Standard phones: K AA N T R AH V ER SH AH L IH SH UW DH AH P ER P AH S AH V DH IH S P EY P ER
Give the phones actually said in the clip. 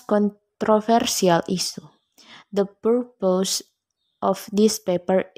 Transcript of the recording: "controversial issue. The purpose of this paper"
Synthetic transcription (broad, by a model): K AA N T R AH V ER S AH L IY S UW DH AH P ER P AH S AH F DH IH S P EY P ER